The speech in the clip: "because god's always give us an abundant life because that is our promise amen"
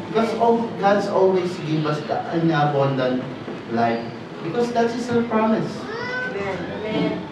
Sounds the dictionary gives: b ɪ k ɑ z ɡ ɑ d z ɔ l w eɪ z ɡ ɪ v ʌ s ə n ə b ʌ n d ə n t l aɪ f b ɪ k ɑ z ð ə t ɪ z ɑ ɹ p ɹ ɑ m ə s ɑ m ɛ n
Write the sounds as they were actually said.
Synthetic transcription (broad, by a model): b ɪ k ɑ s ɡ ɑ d s ɔ l w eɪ s ɡ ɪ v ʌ s ə n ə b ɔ n d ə n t l aɪ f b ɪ k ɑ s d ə t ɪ s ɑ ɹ p ɹ ɑ m ə s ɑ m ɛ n